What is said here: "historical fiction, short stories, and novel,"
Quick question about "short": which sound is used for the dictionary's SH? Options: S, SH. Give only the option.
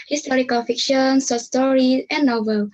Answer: S